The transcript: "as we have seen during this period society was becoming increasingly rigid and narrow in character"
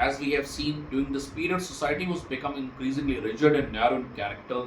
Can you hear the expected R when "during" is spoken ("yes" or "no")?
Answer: no